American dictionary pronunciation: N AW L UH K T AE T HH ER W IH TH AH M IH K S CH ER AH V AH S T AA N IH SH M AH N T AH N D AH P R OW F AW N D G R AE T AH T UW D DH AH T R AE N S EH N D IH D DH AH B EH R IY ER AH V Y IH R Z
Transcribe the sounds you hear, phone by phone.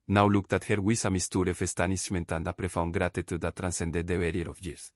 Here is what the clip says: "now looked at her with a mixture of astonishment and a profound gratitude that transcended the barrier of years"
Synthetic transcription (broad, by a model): N AW L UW K T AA T HH ER W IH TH AH M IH S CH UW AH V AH S T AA N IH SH M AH N T AH N D AH P R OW F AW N G R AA T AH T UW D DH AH T R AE N S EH N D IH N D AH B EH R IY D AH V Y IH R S